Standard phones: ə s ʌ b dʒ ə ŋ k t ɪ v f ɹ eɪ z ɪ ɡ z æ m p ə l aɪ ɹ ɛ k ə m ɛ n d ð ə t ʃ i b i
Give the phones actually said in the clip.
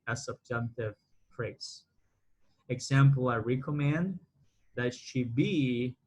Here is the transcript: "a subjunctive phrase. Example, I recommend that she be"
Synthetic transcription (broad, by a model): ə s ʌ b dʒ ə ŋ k t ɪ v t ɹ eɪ s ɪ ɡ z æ m p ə l aɪ ɹ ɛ k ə m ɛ n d ð ə t ʃ i b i